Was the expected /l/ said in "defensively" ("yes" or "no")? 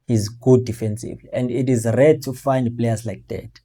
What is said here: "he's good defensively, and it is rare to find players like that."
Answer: no